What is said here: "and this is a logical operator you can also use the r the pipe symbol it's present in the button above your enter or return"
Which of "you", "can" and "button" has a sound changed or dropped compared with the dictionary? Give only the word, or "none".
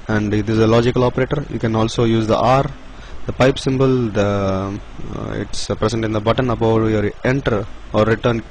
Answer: none